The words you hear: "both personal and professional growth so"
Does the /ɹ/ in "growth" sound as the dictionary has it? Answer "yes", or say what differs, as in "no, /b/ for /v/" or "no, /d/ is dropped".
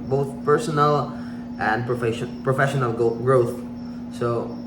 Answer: yes